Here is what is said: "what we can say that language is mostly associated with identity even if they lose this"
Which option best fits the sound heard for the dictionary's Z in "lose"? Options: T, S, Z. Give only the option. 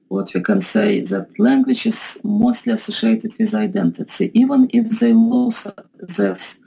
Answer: S